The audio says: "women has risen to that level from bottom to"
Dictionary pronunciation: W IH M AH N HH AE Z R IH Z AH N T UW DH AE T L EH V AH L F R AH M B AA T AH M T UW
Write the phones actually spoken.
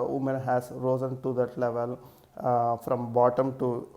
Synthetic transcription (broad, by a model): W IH M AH N HH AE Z R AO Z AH N T UW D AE T L EH V AH L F R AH M B AA T AH M T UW